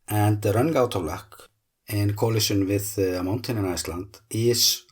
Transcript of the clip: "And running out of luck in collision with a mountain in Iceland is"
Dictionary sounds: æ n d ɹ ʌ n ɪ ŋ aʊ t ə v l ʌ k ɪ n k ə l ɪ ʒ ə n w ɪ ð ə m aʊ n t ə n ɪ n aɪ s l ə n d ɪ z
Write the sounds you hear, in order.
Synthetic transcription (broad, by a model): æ n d ɹ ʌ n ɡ aʊ t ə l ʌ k ɪ n k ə l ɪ ʃ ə n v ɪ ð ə m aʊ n t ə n ɪ n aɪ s l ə n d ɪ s